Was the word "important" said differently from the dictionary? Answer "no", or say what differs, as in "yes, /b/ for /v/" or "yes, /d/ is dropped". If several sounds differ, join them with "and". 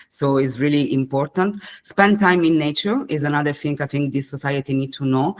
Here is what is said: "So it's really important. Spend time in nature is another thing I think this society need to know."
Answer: no